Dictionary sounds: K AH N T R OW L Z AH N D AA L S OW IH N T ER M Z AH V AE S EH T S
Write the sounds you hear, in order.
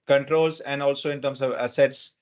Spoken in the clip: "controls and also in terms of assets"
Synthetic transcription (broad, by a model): K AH N T R OW L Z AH N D AA L S OW IH N T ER M S AH V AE S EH T S